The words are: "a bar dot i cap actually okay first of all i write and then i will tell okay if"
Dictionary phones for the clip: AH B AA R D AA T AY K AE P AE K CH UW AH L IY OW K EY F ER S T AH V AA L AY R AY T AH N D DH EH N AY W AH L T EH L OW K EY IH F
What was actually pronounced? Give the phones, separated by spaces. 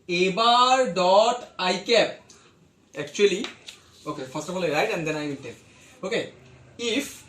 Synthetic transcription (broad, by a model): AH B AA R D AA T AY K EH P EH K CH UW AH L IY OW K EY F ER S T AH F AA L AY R AY T AH N D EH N AY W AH N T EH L OW K EY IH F